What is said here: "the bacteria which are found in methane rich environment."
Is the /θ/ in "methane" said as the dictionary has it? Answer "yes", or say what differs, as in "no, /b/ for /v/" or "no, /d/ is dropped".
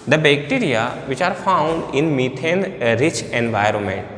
no, /t/ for /θ/